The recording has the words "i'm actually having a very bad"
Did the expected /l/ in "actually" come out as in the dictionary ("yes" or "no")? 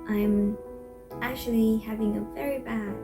yes